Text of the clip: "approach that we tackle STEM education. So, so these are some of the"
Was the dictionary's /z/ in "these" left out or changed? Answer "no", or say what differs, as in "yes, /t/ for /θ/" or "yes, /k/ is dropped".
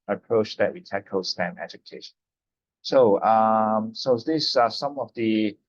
yes, /s/ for /z/